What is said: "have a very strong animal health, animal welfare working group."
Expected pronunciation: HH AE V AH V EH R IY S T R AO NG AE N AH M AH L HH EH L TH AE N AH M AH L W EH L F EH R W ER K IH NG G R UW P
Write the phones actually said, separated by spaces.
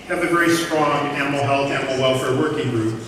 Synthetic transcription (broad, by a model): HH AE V AH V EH IY S T R AO NG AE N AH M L HH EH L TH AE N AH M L W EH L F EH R W ER K IH NG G R UW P